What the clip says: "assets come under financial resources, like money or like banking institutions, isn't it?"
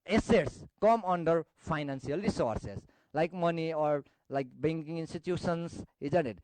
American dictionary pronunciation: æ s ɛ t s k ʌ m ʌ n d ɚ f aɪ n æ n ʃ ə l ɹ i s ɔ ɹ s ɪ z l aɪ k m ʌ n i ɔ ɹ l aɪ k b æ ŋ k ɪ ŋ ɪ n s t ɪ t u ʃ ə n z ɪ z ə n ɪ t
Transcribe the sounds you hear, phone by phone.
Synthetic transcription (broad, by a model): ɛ s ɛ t s k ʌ m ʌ n d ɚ p aɪ n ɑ n s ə l ɹ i s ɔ ɹ s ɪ s l aɪ k m ʌ n i ɔ ɹ l aɪ k b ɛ ŋ k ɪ ŋ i n s t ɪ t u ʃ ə n s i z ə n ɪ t